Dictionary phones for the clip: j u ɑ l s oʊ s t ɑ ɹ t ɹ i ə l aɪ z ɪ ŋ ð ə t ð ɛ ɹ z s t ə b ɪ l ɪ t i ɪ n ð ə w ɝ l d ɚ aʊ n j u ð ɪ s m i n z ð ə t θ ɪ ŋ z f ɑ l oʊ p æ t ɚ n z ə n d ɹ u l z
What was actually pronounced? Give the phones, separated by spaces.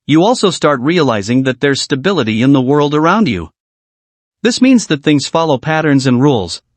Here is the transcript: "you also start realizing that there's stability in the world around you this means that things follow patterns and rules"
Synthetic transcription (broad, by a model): j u ɑ l s oʊ s t ɑ ɹ t ɹ i ə l aɪ z ɪ ŋ ð ə t ð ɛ ɹ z s t ə b ɪ l ɪ t i ɪ n ð ə w ɝ l d ɚ aʊ n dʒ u ð ɪ s m i n z ð ə t θ ɪ ŋ z f ɑ l oʊ p æ t ɚ n z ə n ɹ u l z